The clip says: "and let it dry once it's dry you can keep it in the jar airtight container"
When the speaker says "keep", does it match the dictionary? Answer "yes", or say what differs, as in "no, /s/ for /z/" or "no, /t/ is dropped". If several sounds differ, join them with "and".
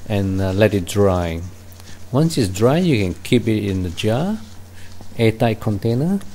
yes